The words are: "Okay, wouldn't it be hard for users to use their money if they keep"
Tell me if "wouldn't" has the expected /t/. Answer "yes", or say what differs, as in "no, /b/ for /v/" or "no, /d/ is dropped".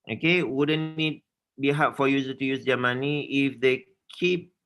no, /t/ is dropped